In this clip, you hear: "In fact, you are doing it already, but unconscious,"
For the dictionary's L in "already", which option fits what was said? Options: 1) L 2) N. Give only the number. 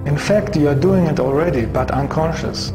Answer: 1